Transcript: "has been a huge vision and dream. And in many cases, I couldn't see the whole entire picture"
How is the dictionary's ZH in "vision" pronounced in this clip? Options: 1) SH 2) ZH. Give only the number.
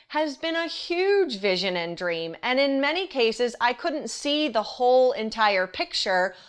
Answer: 2